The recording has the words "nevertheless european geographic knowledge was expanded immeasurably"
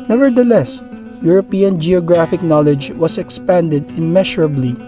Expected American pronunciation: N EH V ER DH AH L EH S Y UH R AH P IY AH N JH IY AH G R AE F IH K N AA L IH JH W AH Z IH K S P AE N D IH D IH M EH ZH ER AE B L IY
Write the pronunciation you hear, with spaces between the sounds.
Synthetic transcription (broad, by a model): N EH V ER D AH L EH S Y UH R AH P IY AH N JH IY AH G R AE F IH K N AA L IH JH W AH S IH K S P AE N D IH D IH M EH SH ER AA B L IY